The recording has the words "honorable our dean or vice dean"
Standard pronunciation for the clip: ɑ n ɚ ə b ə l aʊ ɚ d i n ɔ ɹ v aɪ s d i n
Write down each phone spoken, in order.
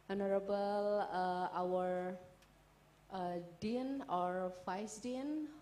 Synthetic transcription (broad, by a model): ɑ n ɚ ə b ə l aʊ ɚ d i n ɔ ɹ f aɪ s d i n